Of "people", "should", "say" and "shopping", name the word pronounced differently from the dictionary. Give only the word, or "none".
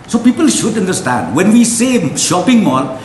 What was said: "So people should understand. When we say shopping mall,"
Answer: none